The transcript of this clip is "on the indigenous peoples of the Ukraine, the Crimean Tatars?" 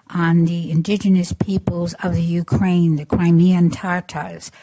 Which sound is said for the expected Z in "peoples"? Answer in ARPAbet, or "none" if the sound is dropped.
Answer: Z